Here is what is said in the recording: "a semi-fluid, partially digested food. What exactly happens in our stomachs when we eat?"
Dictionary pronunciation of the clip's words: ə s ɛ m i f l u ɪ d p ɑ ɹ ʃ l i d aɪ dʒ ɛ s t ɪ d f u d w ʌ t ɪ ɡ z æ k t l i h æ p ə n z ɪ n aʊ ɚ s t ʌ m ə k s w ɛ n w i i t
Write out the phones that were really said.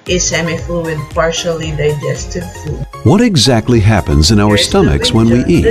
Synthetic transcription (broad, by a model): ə s ɛ m i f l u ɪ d p ɑ ɹ ʃ l i d aɪ dʒ ɛ s t ɪ d f u d w ʌ t ɪ ɡ z æ k t l i h æ p ə n z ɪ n aʊ ɚ s t ʌ m ə k s w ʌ n w i i t